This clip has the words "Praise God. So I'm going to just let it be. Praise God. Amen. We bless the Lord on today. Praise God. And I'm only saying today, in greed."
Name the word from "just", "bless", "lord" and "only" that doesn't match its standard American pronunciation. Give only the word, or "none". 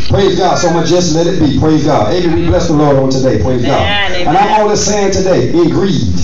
only